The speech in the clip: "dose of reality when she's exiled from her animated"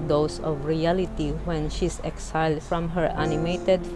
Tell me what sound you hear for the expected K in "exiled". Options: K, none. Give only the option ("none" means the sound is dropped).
K